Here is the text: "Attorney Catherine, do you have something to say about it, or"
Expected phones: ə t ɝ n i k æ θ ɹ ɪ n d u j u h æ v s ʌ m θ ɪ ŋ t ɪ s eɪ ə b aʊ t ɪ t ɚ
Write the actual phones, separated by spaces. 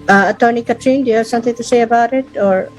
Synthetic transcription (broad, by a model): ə t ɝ n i k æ t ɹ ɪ n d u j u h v s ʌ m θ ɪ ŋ t ɪ s eɪ ə b aʊ t ɪ t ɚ